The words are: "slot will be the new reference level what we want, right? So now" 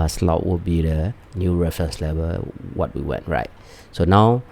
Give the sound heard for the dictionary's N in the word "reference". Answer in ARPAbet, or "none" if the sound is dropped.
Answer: none